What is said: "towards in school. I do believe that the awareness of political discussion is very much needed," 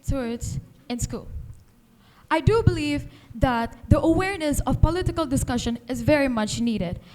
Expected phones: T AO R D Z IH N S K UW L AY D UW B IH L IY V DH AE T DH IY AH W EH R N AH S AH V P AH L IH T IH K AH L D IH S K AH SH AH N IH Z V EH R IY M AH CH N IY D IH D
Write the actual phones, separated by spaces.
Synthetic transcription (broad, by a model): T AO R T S IH N S K UW L AY D UW B IH L IY V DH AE T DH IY AH W EH R N AH S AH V P AH L IH T IH K AH L D IH S K AH SH AH N IH Z V EH R IY M AH CH N IY D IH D